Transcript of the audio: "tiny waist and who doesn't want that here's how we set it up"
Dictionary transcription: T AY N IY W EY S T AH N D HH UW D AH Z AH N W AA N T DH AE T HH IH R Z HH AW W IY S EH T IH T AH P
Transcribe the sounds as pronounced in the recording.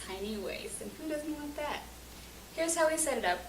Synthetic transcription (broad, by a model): AY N IY W EY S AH N HH UW D AH Z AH N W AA T DH AE T HH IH R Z HH AW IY S EH T IH T AH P